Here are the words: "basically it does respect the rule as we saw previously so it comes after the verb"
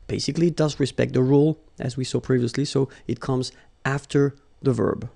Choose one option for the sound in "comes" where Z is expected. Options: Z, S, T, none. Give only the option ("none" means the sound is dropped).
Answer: Z